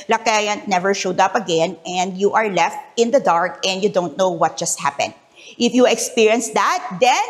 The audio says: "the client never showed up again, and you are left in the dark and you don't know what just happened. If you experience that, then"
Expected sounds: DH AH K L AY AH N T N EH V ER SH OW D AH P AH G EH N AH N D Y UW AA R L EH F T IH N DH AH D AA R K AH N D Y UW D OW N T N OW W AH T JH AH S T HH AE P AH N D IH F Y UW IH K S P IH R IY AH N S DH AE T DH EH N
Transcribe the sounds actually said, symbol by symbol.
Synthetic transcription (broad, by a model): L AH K AY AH N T N EH V ER SH OW D AH P AH G EH N AH N D Y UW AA R L EH F T IH N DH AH D AA R K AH N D Y UW D OW N T N OW W AH T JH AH S T HH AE P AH N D IH F Y UW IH K S P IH R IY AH N S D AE T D EH N